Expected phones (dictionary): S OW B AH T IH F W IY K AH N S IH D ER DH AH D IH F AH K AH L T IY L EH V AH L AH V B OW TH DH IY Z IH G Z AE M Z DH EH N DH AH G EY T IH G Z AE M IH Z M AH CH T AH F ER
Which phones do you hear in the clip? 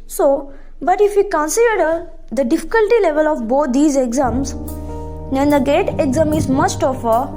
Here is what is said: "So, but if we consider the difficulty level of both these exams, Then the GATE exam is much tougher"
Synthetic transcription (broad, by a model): S OW B AH T IH F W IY K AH N S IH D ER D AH D IH F AH K AH L T IY L EH V AH L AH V B OW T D IY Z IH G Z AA M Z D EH N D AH G EY T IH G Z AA M IH Z M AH S T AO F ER